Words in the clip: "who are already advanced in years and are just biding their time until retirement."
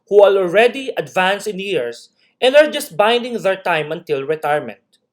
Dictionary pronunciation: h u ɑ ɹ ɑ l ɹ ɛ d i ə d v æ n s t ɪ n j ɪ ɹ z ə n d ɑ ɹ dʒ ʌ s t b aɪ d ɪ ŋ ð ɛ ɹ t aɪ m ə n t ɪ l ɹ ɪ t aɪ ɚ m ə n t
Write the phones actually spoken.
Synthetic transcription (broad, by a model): h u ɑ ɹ ɑ l ɹ ɛ d i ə d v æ n s ɪ n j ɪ ɹ s ə n d ɑ ɹ dʒ ʌ s t b aɪ d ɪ ŋ ð ɛ ɹ t aɪ m ə n t ɪ l ɹ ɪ t aɪ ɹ m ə n t